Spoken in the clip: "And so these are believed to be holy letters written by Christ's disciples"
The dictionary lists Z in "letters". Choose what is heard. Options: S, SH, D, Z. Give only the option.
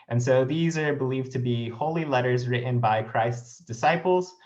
Z